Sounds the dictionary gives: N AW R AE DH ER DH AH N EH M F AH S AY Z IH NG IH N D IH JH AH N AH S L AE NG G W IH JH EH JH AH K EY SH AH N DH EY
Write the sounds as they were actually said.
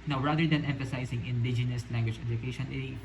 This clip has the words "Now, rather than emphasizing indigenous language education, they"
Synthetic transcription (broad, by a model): N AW R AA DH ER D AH N EH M F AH S AY S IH NG IH N D IH JH AH N AH S L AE NG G W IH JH EH JH AH K EY SH AH N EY